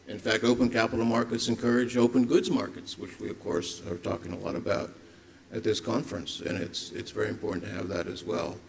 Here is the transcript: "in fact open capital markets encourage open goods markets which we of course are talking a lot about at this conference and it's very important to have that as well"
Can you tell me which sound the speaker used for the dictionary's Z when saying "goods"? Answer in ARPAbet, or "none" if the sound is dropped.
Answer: Z